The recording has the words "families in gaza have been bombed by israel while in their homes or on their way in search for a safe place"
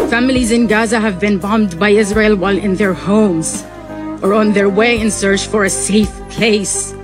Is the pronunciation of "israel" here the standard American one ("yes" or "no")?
yes